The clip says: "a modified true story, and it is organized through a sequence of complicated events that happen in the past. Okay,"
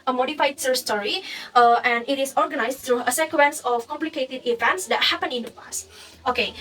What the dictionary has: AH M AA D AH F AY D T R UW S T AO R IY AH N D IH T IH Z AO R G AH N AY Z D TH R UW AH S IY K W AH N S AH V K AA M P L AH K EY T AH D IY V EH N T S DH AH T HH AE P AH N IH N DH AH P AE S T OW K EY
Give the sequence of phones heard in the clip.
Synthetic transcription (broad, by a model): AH M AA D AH F AY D S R S T AO R IY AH N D IH T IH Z AO R G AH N AY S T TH R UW AH S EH K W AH N S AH F K AA M P L AH K EY T AH D IY V EH N T S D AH T HH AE P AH N IH N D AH P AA S T OW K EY